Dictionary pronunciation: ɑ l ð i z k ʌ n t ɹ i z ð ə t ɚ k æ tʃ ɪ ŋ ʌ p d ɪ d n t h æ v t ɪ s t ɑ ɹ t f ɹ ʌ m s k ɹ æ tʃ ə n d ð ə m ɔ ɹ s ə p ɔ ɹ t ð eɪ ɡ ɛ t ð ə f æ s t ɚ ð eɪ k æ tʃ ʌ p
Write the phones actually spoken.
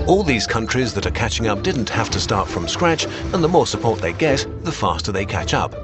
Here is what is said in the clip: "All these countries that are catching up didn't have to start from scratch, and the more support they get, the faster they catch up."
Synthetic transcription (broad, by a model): ɑ l ð i z k ʌ n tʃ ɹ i z ð ə t ɚ k æ tʃ ɪ ŋ ʌ p d ɪ d n t h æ f t ɪ s t ɑ ɹ t f ɹ ʌ m s k ɹ æ tʃ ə n ð ə m ɔ ɹ s ə p ɔ ɹ t ð eɪ ɡ ɛ t ð ə f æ s t ɚ ð eɪ k æ tʃ ʌ p